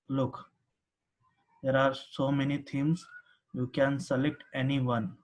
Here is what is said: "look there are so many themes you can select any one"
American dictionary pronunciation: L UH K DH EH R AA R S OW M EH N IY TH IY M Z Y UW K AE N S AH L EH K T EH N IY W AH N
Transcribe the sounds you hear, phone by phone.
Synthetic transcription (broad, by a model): L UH K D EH R AA R S OW M EH N IY T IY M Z Y UW K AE N S AH L EH K T EH N IY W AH N